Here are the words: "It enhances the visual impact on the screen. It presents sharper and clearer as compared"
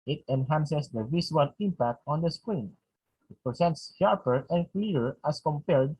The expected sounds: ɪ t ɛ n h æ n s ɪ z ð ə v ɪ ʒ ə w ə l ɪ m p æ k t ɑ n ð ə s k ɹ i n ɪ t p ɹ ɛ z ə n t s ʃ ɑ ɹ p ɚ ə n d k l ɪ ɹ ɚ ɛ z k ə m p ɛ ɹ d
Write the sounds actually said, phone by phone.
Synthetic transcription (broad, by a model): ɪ t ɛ n h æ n s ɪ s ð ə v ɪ s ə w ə l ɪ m p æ k t ɑ n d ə s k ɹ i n ɪ t p ɹ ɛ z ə n t s ʃ ɑ ɹ p ɚ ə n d k l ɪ ɹ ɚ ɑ s k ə m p ɛ ɹ d